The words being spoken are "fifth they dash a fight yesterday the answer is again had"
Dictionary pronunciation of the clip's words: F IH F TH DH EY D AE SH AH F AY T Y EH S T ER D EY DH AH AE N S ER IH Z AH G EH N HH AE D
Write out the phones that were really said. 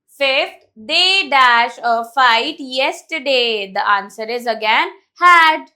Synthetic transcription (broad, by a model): F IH F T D EY D AE SH AH F AY T Y EH S T ER D EY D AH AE N S ER IH Z AH G EH N HH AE D